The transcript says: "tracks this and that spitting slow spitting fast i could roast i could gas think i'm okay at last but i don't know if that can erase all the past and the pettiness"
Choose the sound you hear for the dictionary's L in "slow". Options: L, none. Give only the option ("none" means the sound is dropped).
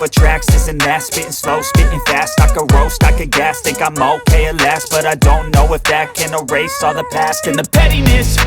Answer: L